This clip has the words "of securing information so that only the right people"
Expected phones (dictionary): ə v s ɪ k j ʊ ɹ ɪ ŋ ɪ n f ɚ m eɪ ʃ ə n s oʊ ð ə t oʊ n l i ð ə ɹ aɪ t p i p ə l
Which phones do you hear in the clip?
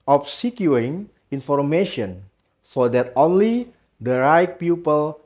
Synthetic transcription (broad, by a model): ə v s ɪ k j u ɪ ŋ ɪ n f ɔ m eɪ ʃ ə n s oʊ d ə t oʊ n l i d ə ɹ aɪ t p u p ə l